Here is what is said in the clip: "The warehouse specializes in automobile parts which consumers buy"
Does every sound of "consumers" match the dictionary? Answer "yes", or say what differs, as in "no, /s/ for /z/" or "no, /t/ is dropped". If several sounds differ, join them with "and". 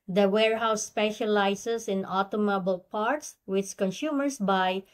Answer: no, /s/ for /z/